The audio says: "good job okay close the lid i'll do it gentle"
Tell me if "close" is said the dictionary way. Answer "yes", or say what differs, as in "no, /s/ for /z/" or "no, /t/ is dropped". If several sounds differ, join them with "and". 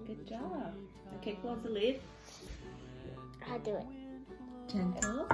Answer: no, /l/ is dropped